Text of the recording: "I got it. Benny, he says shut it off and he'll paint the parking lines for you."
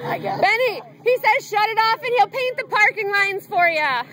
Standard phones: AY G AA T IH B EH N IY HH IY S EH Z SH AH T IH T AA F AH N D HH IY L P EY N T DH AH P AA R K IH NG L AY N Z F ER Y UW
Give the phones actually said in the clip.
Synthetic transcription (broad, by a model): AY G IH B EH N IY HH IY S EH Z SH AH T IH T AA F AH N HH IY L P EY N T DH AH P AA R K IH NG L AY N Z F ER Y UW